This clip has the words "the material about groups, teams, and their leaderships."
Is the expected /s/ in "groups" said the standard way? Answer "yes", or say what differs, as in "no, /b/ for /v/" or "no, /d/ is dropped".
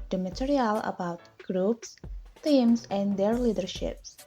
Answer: yes